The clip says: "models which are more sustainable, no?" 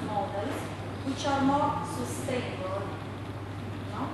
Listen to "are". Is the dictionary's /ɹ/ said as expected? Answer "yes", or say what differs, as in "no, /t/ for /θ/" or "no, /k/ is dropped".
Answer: yes